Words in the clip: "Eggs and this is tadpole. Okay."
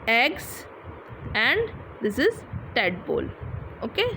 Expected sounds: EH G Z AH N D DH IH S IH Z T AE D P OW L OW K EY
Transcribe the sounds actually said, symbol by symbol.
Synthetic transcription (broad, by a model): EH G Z AH N D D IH S IH Z T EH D B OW L OW K EY